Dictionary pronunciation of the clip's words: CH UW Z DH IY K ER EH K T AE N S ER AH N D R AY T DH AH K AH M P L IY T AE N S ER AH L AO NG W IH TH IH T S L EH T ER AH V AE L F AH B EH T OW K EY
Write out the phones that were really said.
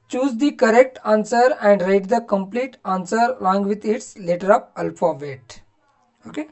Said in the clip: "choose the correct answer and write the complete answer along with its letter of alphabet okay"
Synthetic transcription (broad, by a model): CH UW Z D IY K ER EH K T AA N S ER AH N D R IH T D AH K AH M P L IY T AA N S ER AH L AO NG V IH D IH T S L EH T ER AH P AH L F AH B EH T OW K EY